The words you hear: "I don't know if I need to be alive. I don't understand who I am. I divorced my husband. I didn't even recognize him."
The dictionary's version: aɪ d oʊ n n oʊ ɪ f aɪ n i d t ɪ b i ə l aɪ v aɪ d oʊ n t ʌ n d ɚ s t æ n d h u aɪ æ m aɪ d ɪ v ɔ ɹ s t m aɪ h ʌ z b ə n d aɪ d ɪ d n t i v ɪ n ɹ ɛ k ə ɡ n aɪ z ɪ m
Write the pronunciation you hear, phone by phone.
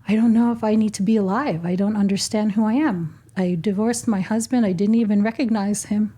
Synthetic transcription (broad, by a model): aɪ d oʊ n n oʊ ɪ f aɪ n i d t ɪ b i ə l aɪ v aɪ d oʊ n t ʌ n d ɚ s t æ n d h u aɪ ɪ m aɪ d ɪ v ɔ ɹ s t m aɪ h ʌ z b ə n d aɪ d ɪ d n t i v ɪ n ɹ ɛ k ə ɡ n aɪ z ɪ m